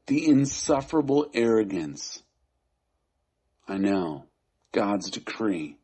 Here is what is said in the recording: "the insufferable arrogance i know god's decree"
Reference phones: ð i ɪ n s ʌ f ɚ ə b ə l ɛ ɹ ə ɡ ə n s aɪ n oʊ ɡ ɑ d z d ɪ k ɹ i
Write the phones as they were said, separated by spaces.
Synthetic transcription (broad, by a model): ð i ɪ n s ʌ f ɚ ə b l ɛ ɹ ə ɡ ə n s aɪ n oʊ ɡ ɑ d z d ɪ k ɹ i